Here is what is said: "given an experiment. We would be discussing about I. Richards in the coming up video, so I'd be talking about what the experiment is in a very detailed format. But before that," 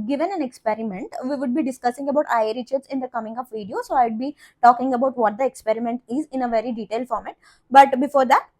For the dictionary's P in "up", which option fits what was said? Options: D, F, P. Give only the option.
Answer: F